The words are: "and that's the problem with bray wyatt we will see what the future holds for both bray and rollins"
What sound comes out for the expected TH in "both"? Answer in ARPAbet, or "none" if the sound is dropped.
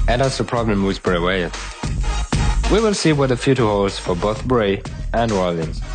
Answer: TH